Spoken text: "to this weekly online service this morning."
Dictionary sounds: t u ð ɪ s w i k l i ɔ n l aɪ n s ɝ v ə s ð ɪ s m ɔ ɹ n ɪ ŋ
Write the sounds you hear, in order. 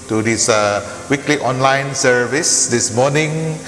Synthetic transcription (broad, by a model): t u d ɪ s w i k l i ɔ n l aɪ n s ɝ v ə s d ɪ s m ɔ n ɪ ŋ